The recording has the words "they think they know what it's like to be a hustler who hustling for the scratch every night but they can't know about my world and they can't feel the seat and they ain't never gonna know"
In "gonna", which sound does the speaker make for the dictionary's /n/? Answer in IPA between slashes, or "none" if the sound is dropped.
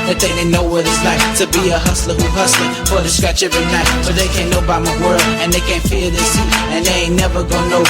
none